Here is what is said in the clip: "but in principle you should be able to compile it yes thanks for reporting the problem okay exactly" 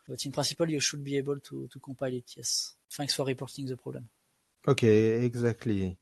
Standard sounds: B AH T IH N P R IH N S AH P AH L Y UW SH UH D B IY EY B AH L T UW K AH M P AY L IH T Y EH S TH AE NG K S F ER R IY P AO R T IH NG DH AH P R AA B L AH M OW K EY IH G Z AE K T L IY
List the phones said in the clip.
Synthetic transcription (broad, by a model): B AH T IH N P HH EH S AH P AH L Y UW SH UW D B IY EY B AH L T UW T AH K P AY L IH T Y EH S F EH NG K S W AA R IY P AO R T IH NG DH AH P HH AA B L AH M OW K EY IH G Z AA K T L IY